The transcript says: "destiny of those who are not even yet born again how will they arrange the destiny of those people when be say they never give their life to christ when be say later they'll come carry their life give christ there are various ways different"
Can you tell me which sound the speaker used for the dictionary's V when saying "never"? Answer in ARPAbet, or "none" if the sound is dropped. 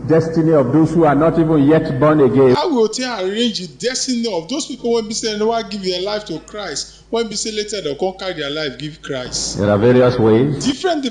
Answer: W